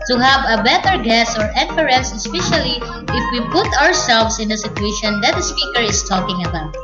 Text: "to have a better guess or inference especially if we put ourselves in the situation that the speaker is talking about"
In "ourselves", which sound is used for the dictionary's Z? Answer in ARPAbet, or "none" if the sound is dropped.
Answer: S